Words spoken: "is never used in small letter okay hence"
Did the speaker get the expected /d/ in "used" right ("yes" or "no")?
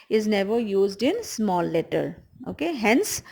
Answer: yes